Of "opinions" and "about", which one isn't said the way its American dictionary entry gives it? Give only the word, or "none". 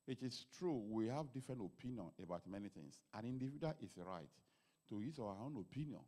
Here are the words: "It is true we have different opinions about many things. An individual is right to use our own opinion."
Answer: opinions